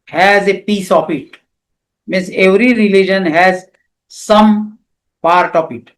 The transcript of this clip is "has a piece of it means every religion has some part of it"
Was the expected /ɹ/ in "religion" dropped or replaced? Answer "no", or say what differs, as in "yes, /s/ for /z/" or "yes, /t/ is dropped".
no